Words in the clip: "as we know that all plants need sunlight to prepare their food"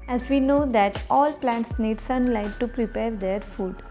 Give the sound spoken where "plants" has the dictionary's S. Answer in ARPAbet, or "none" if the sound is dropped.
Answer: S